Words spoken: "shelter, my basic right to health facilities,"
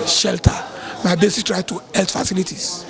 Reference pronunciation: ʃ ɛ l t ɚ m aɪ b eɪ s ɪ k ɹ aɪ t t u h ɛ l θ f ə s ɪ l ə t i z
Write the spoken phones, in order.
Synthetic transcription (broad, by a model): ʃ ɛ l t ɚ m aɪ b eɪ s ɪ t ɹ aɪ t t u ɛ l t f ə s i l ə t i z